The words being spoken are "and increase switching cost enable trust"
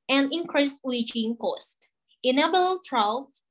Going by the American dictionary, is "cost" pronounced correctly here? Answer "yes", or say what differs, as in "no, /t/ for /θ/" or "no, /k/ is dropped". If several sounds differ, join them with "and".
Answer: yes